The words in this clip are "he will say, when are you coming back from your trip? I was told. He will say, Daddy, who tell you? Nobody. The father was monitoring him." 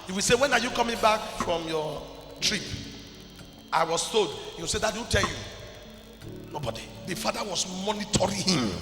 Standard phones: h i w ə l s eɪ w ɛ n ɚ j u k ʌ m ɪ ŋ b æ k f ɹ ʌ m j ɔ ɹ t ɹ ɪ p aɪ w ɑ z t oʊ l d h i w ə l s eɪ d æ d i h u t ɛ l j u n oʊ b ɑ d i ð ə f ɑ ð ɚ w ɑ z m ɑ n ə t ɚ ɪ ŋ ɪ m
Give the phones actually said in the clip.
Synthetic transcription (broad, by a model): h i w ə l s eɪ w ɛ n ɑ j u k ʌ m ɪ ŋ b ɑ k f ɹ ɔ m j ɔ t ɹ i p aɪ w ɑ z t oʊ d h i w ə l s eɪ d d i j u t ɛ l j u n oʊ b ɑ d i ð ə f ɑ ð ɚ w ɑ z m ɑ n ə t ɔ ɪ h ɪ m